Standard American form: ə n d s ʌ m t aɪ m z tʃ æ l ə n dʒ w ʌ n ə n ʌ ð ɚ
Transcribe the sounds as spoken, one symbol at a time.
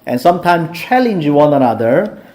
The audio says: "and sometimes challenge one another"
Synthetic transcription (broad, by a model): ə n s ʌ m t aɪ m s tʃ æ l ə n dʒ w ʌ n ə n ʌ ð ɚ